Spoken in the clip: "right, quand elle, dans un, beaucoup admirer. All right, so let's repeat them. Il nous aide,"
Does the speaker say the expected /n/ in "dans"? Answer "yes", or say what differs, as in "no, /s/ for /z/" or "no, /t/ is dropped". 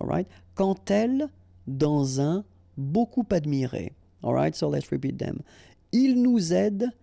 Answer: no, /n/ is dropped